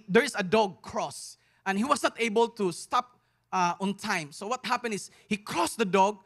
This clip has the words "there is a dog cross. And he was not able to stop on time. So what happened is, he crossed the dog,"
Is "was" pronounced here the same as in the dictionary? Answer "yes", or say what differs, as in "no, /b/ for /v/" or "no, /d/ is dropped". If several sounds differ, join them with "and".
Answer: no, /s/ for /z/